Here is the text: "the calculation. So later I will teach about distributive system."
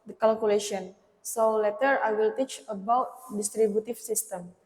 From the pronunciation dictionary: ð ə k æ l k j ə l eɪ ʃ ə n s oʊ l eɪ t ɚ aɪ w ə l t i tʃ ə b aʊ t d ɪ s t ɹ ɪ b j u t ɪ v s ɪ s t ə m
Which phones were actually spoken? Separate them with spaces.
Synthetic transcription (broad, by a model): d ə k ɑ l k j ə l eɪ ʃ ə n s oʊ l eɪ t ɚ aɪ w ə l t i tʃ ə b aʊ t d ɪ s t ɹ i b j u t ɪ f s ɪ s t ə m